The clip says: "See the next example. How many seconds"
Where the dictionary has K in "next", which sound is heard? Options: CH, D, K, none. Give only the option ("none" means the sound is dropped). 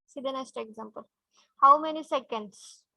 none